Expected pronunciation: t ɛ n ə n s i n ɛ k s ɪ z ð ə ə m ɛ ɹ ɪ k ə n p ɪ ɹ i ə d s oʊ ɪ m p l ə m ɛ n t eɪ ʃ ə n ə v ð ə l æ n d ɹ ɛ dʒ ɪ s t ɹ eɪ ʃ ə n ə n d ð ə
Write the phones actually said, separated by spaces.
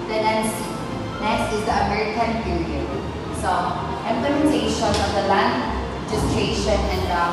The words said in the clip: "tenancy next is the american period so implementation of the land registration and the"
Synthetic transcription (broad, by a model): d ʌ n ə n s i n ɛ s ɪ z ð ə ə m ɛ ɹ ɪ k ə n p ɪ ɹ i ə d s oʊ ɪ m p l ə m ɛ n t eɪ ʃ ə n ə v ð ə l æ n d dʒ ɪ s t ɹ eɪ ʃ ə n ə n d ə